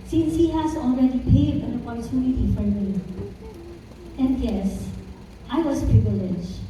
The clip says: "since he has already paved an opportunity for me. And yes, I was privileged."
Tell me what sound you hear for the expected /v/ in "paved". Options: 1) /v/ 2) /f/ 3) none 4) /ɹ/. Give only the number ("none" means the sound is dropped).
3